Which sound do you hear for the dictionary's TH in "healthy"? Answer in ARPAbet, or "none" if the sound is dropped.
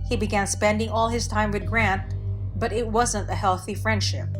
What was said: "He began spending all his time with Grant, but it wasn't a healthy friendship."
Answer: TH